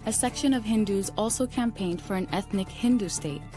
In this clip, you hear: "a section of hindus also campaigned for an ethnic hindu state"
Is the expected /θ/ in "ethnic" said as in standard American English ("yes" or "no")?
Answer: yes